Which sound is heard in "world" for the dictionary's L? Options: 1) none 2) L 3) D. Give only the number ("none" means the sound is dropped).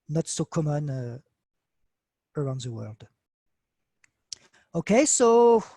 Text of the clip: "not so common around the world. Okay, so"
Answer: 2